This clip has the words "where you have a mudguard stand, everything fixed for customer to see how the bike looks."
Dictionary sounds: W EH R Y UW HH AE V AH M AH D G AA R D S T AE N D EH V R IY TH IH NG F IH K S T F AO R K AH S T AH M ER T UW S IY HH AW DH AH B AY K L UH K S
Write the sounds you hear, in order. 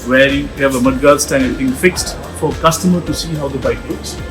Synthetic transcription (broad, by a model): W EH R Y UW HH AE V AH M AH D G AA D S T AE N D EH R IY T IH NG F IH K S T F AO R K AH S T AH M ER T UW S IY HH AW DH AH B AY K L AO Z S